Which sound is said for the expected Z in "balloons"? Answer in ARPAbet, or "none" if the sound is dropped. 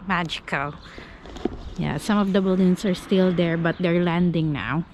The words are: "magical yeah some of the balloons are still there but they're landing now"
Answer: S